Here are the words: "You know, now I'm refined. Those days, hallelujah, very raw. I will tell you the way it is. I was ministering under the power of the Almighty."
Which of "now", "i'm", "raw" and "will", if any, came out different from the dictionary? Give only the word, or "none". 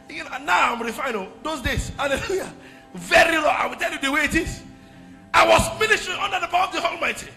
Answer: raw